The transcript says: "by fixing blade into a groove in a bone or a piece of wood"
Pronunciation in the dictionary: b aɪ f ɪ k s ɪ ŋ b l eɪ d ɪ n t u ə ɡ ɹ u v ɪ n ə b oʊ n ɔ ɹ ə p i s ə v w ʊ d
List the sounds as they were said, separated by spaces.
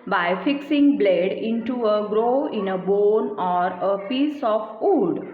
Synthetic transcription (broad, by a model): b aɪ f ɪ k s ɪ ŋ b l eɪ d ɪ n t u ə ɡ ɹ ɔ ɪ n ə b oʊ n ɔ ɹ ə p i s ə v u d